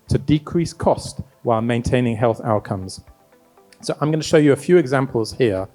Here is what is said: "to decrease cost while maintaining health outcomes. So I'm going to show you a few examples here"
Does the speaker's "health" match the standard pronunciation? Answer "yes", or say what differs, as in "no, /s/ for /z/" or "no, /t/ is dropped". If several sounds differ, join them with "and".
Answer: yes